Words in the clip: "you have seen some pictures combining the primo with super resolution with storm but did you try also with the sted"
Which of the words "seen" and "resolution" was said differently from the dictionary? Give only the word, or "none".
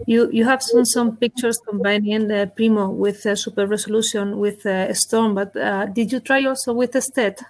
resolution